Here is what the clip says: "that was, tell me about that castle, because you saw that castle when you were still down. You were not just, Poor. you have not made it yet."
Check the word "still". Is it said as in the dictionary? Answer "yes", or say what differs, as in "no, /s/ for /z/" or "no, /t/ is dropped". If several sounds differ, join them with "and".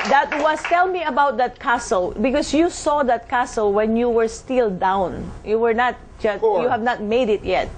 yes